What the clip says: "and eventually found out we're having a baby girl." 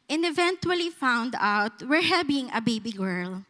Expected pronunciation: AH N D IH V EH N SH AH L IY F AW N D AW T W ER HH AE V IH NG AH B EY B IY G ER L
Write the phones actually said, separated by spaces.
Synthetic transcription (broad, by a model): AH N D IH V EH N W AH L IY F AW N D AW T W ER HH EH B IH NG AH B EY B IY G ER L